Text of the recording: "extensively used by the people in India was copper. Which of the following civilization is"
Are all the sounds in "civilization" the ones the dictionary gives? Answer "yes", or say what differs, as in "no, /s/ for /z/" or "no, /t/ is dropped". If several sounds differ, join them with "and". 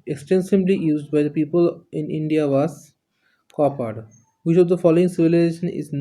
yes